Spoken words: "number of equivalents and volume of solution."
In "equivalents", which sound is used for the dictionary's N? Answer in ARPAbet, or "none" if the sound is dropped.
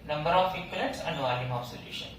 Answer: none